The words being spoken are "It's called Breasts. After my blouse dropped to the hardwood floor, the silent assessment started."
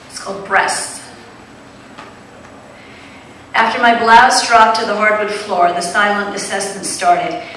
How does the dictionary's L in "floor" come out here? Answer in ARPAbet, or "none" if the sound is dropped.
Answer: L